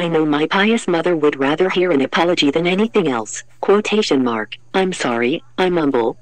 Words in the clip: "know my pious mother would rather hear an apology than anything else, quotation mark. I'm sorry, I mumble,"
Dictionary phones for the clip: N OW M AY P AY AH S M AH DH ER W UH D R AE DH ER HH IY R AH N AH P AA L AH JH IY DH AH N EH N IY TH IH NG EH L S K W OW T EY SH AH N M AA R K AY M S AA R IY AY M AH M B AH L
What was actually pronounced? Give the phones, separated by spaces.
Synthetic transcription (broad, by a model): N OW M AY P AY AH S M AH DH ER W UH D R AE DH ER HH IY R AH N AH P AA L AH JH IY DH AH N EH N IY TH IH NG EH L S K W OW T EY SH AH N M AA R K AY M S AA R IY AY M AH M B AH L